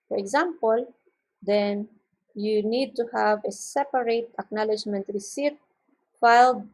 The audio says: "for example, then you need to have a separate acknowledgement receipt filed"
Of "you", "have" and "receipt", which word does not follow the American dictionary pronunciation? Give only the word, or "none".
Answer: none